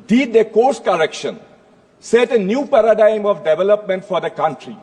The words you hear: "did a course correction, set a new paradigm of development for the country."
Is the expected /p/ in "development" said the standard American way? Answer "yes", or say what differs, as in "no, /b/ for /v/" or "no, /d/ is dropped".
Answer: yes